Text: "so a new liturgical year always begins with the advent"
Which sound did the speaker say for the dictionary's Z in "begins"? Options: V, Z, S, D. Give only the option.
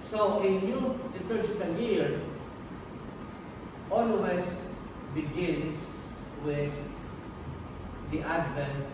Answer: S